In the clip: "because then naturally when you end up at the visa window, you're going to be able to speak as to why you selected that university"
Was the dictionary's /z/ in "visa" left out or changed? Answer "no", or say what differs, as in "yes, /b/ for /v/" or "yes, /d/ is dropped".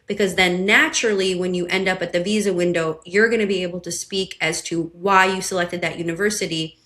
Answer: no